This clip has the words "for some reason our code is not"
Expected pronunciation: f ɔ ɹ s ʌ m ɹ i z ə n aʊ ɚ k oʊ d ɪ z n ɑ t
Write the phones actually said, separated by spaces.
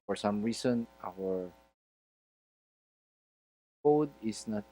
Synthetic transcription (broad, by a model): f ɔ ɹ s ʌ m ɹ i s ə n aʊ ɚ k oʊ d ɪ s n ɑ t